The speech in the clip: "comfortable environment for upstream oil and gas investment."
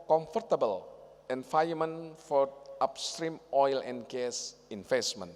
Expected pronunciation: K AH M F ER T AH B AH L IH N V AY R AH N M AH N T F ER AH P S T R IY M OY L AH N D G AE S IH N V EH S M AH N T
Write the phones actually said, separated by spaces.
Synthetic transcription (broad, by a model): K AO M F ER T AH B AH L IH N F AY AH M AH N F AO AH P S T R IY M OY L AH N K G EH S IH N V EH S M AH N